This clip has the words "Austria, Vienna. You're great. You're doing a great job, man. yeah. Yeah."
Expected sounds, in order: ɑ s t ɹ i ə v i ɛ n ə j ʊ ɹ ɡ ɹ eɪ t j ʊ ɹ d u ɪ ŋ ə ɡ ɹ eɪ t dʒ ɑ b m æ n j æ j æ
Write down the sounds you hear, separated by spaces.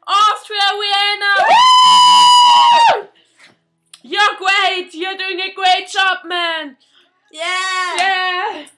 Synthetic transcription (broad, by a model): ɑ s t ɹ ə w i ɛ n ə j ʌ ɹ ɡ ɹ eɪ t j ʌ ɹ d u ɪ ŋ ə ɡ ɹ eɪ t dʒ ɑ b m æ n j æ j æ